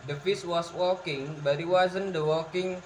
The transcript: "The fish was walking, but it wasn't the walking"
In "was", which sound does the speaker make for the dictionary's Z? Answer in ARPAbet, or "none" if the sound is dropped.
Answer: S